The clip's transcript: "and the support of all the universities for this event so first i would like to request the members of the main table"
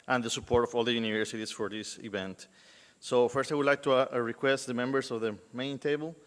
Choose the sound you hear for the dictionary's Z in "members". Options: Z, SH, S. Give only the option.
S